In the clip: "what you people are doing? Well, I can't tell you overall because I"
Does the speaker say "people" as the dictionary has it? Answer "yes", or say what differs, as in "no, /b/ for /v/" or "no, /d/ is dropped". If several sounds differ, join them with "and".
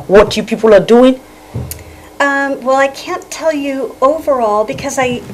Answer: yes